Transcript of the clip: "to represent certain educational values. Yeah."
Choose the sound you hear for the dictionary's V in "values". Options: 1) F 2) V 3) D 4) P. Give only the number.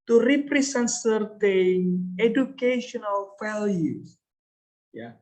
1